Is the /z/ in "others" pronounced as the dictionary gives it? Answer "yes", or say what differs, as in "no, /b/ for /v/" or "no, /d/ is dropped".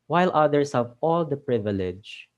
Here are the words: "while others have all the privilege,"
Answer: no, /s/ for /z/